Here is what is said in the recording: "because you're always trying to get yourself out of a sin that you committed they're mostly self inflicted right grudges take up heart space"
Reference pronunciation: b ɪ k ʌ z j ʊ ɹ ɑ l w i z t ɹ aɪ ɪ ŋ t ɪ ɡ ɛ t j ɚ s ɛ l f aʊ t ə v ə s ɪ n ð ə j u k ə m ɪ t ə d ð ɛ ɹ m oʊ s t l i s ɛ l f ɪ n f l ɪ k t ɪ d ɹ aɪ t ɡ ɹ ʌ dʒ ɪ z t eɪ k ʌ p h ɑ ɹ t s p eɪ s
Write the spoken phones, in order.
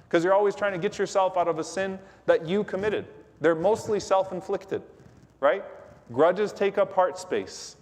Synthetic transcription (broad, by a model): k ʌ z j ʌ ɹ ɑ l w i z t ɹ aɪ ɪ ŋ t ɪ ɡ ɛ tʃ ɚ s ɛ l f aʊ t ə v ə s ɪ n ð ə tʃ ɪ k ə m ɪ t ə d ð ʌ ɹ m oʊ s t l i s ɛ l f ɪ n f l ɪ k t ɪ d ɹ aɪ t ɡ ɹ ʌ dʒ ɪ z t eɪ k ʌ p h ɑ ɹ t s p eɪ s